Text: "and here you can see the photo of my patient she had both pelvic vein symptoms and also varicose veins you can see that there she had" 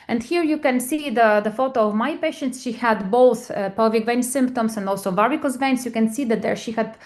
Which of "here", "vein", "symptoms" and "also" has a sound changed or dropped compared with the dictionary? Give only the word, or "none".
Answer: symptoms